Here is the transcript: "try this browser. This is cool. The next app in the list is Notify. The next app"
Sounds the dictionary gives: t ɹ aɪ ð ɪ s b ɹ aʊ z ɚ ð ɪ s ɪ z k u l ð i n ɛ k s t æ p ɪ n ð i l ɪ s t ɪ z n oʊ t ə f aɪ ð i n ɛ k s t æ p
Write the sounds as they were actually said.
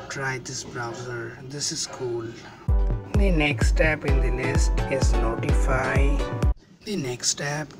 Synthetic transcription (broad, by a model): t ɹ aɪ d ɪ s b ɹ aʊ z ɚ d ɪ s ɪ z k u l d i n ɛ k s t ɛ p ɪ n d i n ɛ s t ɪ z n oʊ t ə f aɪ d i n ɛ k s t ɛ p